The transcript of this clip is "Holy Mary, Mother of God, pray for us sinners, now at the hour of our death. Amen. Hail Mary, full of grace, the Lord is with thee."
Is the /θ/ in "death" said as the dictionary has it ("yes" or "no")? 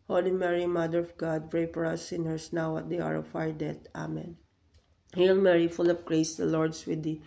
no